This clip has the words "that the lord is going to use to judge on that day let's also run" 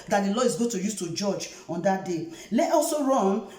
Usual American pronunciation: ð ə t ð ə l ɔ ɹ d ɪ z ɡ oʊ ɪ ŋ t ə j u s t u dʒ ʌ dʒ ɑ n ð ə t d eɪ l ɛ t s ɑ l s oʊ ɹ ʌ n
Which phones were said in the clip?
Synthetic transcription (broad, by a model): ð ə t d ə l ɔ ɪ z ɡ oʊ t ə j u s t u dʒ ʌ dʒ ɑ n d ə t d eɪ l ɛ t ɑ l s oʊ ɹ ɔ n